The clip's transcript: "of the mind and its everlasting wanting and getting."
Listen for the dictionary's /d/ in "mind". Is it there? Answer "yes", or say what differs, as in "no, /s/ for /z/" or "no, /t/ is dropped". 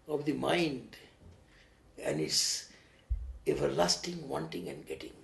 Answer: yes